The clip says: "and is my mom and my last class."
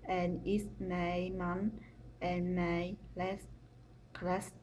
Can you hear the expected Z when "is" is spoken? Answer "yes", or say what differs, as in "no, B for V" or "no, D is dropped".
no, S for Z